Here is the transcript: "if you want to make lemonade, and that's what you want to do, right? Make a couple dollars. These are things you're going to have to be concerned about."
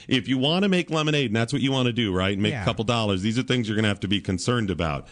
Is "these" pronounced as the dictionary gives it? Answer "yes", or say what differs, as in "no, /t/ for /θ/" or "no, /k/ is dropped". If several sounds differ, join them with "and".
yes